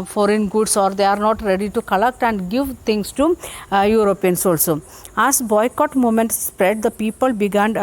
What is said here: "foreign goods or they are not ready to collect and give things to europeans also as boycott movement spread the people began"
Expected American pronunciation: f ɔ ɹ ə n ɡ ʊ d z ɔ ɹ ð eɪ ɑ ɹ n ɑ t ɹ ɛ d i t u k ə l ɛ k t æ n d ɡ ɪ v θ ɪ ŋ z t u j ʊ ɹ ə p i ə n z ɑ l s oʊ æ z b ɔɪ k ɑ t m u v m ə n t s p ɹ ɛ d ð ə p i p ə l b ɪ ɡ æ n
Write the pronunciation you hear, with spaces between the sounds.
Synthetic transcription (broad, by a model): f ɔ ɹ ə n ɡ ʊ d s ɔ ɹ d eɪ ɑ ɹ n ɑ t ɹ ɛ d i t u k ə l ɛ k t æ n d ɡ ɪ v t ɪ ŋ s t u j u ɹ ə p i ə n s ɑ l s oʊ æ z b ɔɪ k ɑ t m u m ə n t s p ɹ ɛ d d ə p i p ə l b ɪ ɡ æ n